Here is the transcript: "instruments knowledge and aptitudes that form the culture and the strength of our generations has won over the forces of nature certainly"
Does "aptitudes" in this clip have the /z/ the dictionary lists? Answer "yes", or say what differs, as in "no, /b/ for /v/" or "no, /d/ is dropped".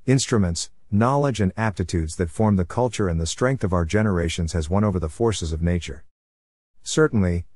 yes